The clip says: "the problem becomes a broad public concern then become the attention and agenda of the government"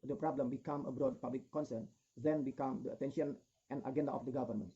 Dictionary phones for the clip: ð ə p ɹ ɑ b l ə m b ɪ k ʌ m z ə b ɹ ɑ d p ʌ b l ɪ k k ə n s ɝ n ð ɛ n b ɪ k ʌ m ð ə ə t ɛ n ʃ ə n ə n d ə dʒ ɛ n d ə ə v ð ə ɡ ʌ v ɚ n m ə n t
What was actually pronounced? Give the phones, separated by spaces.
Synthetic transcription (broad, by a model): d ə p ɹ ɑ b l ə m b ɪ k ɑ m ə b ɹ ɑ d p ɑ b l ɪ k k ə n s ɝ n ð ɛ n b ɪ k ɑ m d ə ə t ɛ n ʃ ə n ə n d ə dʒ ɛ n d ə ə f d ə ɡ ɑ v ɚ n m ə n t